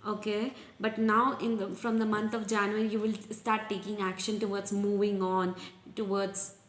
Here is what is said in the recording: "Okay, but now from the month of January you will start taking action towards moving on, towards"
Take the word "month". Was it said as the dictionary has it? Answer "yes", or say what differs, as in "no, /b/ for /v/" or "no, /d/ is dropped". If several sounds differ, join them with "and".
no, /t/ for /θ/